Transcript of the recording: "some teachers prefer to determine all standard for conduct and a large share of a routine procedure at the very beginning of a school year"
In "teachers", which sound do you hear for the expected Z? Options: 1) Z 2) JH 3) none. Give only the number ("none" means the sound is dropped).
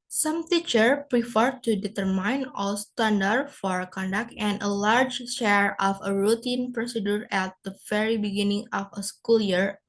3